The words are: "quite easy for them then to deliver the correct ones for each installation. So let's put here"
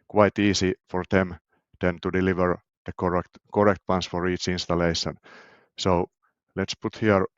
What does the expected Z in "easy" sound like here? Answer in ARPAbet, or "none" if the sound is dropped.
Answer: S